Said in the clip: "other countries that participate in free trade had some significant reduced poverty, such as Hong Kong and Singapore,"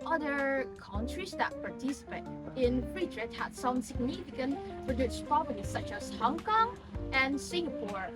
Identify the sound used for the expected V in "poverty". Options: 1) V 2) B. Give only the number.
2